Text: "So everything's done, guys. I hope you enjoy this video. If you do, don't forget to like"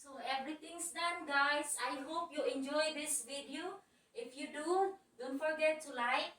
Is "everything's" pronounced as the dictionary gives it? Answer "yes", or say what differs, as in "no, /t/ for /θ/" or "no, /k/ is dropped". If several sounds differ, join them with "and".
no, /t/ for /θ/ and /s/ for /z/